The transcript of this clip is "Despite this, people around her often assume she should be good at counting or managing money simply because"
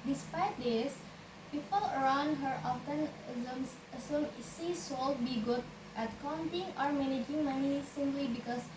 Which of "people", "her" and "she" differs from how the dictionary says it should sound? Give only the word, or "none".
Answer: she